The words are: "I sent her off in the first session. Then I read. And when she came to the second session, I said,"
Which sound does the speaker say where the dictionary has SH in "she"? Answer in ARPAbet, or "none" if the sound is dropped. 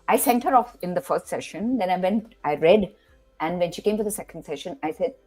SH